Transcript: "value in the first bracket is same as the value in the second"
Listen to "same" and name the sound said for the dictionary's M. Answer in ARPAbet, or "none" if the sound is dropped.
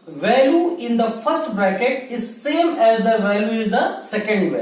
M